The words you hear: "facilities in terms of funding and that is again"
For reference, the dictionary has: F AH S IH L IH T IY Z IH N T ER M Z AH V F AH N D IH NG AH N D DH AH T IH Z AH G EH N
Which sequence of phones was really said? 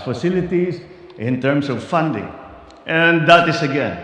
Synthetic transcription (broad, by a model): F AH S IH L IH T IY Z IH N T ER M S AH V F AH N D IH NG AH N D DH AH T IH S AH G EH N